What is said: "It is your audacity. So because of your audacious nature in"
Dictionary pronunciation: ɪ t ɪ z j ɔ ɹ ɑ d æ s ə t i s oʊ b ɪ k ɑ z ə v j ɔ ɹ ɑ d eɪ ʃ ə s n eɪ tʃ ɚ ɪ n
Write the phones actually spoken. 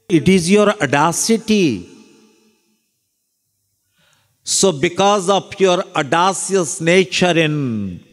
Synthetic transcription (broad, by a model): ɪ t ɪ z j ɔ ɹ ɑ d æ s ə t i s oʊ b ɪ k ɑ z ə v j ɔ ɹ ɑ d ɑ s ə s n eɪ tʃ ɚ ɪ n